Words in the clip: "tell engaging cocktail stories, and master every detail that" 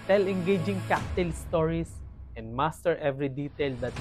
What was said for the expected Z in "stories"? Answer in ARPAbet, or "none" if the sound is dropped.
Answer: S